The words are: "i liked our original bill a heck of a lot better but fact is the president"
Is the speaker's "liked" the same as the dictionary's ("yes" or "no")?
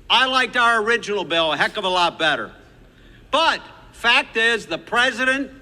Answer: yes